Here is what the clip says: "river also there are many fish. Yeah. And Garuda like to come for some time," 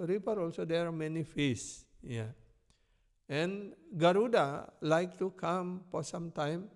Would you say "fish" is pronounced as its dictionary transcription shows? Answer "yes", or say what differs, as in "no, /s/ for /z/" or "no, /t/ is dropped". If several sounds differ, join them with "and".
no, /s/ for /ʃ/